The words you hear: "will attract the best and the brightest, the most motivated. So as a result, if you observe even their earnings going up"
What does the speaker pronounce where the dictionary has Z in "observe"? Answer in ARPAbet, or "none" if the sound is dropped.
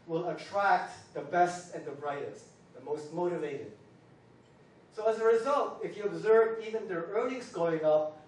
Z